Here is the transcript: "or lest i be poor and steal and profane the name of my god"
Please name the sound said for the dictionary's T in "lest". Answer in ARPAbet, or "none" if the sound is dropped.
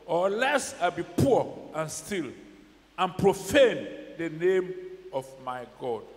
none